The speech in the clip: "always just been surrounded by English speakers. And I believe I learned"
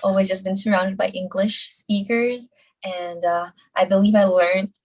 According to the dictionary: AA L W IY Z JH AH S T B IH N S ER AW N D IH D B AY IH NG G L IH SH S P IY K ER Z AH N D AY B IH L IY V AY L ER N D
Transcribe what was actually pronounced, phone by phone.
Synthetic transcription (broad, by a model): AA L W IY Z JH AH S B IH N S ER AW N D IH D B AY IH NG G L IH SH S P IY K ER Z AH N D AY B IH L IY V AY L ER N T